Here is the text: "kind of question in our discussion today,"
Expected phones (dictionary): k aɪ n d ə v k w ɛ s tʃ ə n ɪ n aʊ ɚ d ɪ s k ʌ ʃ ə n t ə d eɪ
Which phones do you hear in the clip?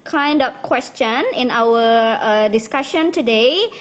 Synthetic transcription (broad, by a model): k aɪ n d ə p k w ɛ s tʃ ə n ɪ n aʊ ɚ d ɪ s k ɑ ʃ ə n t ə d eɪ